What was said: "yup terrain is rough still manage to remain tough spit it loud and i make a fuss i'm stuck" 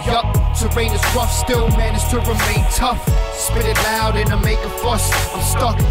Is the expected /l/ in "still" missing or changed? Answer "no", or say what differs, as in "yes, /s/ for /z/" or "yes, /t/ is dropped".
yes, /n/ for /l/